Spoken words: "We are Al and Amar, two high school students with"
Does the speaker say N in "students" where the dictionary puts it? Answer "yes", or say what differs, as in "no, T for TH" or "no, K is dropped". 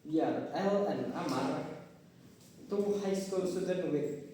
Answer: no, N is dropped